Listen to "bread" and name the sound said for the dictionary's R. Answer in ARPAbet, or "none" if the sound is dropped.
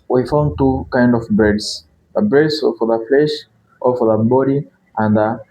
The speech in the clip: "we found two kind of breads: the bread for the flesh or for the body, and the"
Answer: none